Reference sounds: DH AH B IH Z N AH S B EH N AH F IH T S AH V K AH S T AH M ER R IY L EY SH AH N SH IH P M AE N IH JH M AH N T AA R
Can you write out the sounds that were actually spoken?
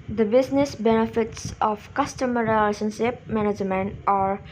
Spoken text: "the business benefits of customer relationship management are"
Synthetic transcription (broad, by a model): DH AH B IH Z N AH S B EH N AH F IH T S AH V K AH S T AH M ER R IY L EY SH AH N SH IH P M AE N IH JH M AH N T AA R